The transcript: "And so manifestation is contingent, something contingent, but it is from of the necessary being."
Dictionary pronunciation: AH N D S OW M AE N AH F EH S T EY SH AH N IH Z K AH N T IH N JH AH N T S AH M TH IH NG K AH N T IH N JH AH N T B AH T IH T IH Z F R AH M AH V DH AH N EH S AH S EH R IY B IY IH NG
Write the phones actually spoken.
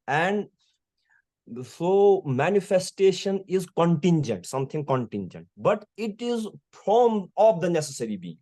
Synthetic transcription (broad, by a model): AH N D S OW M AE N AH F EH S T EY SH AH N IH Z K AH N T IH N JH AH N T S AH M T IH NG K AH N T IH N JH AH N T B AH T IH T IH Z P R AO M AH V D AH N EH S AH S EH R IY B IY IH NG